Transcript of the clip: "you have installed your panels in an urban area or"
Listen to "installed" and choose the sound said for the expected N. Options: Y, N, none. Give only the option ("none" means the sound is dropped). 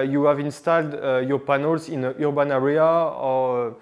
N